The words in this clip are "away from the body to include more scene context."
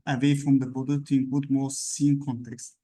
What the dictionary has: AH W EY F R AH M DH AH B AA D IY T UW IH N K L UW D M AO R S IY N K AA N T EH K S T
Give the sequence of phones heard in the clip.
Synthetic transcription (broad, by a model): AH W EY F R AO M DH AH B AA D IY T UW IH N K UW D M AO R S IY N K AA N T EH K S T